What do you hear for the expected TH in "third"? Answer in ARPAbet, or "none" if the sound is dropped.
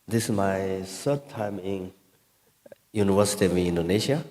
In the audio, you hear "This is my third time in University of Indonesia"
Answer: S